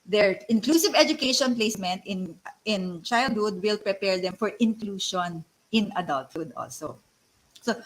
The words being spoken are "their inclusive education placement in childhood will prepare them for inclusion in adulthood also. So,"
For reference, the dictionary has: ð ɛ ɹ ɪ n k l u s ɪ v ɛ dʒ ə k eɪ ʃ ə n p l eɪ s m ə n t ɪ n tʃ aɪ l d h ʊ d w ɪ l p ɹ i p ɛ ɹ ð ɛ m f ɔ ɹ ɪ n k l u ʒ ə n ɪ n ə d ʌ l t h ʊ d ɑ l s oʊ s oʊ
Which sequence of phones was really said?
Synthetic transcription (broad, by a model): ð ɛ ɹ ɪ n k l u s ɪ v ɛ dʒ ə k eɪ ʃ ə n p l eɪ s m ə n t ɪ n tʃ aɪ l d h ʊ d w ɪ l p ɹ i p ɛ ɹ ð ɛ m f ɔ ɹ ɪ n k l u ʃ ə n ɪ n ə d ʌ l t h ʊ d ɑ l s oʊ s oʊ